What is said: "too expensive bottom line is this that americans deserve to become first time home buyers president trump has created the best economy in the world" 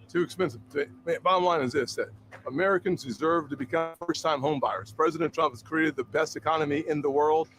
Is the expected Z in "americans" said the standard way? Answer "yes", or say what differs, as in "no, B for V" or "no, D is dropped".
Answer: yes